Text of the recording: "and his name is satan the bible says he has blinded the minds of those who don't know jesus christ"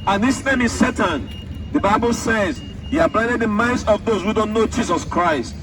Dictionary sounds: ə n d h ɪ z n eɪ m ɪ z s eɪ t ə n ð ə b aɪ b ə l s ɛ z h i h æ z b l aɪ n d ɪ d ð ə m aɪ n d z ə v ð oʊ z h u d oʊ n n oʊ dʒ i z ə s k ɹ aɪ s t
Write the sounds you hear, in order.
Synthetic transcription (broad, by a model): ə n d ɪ s n eɪ m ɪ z s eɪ t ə n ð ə b aɪ b ə l s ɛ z h i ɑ b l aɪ d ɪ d ð ə m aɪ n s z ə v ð oʊ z h u d oʊ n n oʊ dʒ i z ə s k ɹ aɪ s t